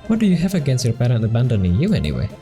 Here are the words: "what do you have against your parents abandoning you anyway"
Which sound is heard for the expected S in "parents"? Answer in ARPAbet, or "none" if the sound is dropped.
none